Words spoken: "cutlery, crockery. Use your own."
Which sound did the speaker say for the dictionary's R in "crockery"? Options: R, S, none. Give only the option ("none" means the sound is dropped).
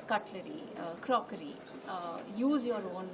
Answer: R